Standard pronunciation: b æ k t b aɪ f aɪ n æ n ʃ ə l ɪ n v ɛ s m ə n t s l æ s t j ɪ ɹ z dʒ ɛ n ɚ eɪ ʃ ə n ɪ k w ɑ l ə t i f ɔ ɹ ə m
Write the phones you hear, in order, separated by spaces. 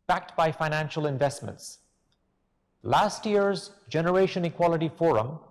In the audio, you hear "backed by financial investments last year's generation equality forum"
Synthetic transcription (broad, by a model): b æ k t b aɪ f aɪ n æ n ʃ ə l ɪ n v ɛ s m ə n t s l æ s t j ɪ ɹ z dʒ ɛ n ɚ eɪ ʃ ə n ɪ k w ɑ l ə t i f ɔ ɹ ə m